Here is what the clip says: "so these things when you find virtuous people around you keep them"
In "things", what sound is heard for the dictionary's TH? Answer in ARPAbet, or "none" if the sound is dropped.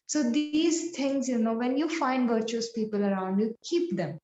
T